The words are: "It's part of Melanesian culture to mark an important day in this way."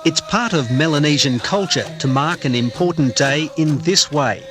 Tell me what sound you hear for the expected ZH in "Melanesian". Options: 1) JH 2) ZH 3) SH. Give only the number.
2